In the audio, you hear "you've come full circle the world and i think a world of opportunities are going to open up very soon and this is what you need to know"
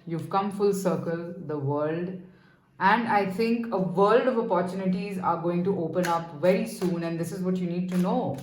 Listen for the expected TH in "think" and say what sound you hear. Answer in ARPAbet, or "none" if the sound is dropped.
T